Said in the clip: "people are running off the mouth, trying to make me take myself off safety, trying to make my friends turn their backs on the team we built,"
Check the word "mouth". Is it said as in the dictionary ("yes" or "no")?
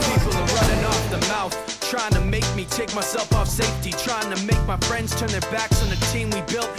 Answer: yes